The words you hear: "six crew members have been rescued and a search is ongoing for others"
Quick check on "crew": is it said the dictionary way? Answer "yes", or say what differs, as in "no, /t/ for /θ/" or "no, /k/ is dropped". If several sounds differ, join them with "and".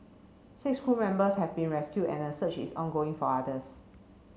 no, /ɹ/ is dropped